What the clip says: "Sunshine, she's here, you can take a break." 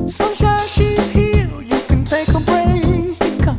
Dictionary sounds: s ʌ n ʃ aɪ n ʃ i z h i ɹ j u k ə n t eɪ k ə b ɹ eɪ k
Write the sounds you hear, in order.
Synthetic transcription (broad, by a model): s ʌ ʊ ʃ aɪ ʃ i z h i l j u k ə n t eɪ k ə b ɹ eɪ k